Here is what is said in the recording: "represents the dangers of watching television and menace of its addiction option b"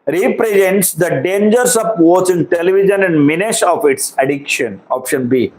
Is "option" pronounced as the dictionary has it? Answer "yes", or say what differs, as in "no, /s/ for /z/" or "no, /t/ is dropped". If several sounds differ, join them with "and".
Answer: yes